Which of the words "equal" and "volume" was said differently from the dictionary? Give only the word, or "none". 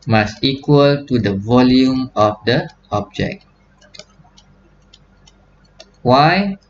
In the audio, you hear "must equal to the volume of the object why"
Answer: none